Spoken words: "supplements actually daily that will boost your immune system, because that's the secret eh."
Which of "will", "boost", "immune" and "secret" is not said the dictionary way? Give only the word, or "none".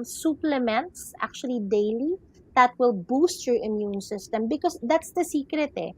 none